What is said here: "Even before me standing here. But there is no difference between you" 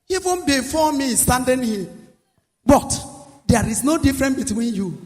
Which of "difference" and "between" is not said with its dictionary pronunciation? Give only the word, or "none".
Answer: difference